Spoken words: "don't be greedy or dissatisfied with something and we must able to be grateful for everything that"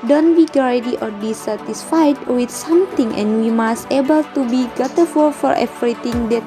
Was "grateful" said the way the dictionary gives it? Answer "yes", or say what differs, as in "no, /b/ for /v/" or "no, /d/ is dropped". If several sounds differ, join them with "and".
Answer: no, /ɹ/ is dropped